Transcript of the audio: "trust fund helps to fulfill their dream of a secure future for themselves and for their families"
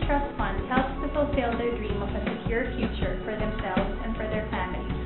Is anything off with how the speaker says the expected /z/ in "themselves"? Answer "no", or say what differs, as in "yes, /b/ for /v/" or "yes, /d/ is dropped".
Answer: no